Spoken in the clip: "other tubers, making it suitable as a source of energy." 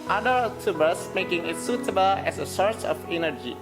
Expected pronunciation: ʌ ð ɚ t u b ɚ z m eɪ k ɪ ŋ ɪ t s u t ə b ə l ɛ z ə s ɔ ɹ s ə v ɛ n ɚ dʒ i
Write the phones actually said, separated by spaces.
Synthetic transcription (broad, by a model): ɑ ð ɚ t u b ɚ s m eɪ k ɪ ŋ ɪ t s u t ə b ə l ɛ s ə s ɔ ɹ s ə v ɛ n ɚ dʒ i